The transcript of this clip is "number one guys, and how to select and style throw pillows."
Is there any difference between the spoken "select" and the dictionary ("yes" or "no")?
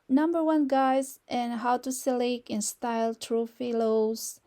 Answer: yes